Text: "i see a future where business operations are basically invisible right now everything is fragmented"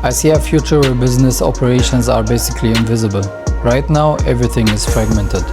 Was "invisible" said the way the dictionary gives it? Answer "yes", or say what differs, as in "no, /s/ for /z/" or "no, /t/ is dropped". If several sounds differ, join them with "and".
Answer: yes